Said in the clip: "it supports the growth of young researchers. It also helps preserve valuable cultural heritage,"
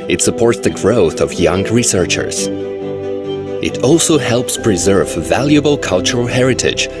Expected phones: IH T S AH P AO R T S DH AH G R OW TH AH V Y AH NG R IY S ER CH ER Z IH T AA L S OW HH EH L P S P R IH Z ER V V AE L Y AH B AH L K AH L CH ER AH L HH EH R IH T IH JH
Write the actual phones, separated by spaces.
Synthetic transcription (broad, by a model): IH T S AH P AO R T S DH AH G R OW TH AH V Y AH NG R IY S ER CH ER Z IH T AA L S OW HH EH L P S P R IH Z ER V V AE L Y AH B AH L K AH L CH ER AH L HH EH R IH T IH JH